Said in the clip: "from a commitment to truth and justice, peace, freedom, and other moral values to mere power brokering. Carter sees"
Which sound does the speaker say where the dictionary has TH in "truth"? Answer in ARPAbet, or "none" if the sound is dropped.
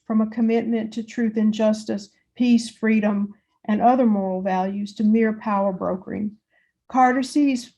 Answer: TH